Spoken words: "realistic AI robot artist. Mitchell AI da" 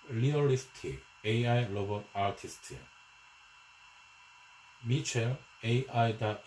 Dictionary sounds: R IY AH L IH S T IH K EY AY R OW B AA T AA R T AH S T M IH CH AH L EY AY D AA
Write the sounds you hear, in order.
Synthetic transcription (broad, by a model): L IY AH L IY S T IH EY AY L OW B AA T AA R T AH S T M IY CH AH EY AY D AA